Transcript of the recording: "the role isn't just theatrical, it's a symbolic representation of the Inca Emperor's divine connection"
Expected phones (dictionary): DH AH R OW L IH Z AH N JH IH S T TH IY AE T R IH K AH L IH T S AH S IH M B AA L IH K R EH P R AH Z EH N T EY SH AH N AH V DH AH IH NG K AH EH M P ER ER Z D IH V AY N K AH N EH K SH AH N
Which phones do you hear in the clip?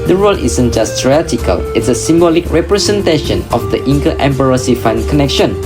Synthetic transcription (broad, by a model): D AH R OW L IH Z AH N JH IH S T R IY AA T IH K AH L IH T S AH S IH M B AA L IH K R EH P R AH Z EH N T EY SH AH N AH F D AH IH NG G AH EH M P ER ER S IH F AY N K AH N EH K SH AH N